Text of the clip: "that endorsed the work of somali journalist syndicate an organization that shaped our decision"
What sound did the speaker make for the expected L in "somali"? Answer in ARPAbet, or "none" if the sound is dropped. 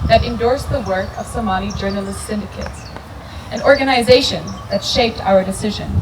N